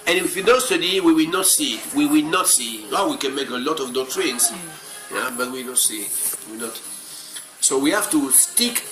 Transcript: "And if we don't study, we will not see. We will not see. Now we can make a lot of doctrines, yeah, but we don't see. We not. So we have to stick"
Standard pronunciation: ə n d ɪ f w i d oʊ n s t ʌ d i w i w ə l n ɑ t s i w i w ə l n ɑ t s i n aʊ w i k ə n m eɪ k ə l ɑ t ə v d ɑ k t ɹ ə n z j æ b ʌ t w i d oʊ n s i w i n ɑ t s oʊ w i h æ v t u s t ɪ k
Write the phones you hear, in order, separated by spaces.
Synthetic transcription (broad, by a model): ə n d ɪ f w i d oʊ s t ʌ d i w i w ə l n ɑ t s i w i w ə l n ɑ t s i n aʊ w i k ə n m eɪ k ə l ɑ t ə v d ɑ t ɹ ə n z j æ b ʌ t w i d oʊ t s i w i n ɑ t s oʊ w i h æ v t u s t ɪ k